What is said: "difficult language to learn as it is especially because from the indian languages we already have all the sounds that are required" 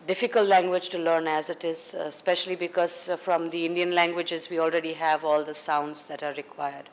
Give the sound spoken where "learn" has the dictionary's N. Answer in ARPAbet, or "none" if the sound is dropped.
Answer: N